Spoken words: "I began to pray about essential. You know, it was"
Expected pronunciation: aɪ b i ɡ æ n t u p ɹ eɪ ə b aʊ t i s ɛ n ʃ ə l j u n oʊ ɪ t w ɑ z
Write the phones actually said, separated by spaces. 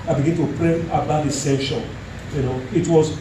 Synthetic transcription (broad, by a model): aɪ b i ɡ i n t u p ɹ eɪ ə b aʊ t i s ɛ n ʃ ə n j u n oʊ ɪ t w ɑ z